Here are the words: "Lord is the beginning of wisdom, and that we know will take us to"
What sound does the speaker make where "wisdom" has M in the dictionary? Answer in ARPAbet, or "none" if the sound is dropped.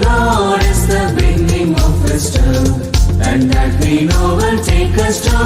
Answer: none